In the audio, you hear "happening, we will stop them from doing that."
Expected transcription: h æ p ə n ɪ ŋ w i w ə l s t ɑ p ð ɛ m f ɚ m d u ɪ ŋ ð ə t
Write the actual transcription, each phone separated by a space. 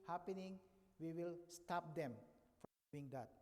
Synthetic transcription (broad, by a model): h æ p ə n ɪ ŋ w i w ə l s t ɑ p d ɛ m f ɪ ŋ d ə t